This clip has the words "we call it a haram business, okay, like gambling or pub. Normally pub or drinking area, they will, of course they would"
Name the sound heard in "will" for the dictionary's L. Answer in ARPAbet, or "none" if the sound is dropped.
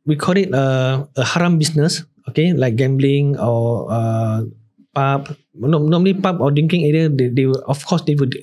W